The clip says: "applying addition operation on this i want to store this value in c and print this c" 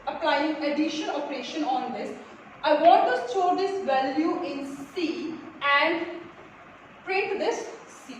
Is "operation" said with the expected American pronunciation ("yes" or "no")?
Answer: yes